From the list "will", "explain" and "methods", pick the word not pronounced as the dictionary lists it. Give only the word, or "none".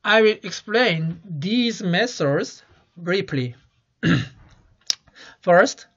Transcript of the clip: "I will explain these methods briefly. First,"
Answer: methods